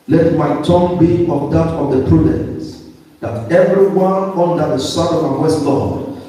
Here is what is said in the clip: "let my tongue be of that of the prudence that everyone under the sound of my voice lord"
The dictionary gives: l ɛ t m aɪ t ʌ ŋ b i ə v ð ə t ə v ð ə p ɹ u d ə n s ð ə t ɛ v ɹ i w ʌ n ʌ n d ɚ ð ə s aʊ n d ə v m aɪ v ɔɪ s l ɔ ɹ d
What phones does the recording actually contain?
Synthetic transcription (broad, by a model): l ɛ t m aɪ t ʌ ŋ b i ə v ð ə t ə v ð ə p ɹ u d ə n s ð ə t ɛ v ɹ i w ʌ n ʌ n d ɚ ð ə s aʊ d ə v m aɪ w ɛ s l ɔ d